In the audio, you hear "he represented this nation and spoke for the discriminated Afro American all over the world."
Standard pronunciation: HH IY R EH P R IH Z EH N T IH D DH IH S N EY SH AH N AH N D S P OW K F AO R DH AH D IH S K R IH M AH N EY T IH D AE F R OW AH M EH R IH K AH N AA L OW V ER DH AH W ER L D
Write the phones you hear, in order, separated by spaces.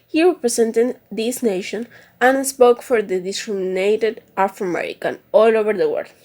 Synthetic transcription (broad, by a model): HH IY R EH P R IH S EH N T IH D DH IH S N EY SH AH N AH N S P OW K F AO R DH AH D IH S K R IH M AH N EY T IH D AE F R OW AH M EH R IH K AH N AA L OW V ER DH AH W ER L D